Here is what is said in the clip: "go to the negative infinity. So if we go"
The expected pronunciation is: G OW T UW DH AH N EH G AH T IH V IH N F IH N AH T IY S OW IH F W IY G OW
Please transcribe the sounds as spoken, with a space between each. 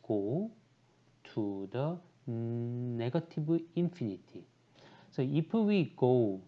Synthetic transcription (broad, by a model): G OW T UW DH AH N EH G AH T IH B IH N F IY N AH T IY S OW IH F W IY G OW